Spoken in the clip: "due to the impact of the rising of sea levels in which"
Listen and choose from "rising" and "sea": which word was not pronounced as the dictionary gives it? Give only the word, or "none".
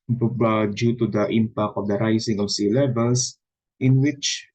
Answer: rising